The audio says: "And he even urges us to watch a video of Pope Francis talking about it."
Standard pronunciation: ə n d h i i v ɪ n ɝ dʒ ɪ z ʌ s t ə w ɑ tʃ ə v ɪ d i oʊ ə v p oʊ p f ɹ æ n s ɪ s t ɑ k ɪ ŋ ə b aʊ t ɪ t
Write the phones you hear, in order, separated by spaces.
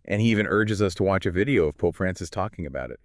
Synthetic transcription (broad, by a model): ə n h i i v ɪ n ɝ dʒ ɪ z ʌ s t ə w ɑ tʃ ə v ɪ d i oʊ ə v p oʊ p f ɹ æ n s ɪ s t ɑ k ɪ ŋ ə b aʊ t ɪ t